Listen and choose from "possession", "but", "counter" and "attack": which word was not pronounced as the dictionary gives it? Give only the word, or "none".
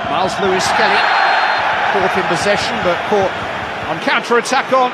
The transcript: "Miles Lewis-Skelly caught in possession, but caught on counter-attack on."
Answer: none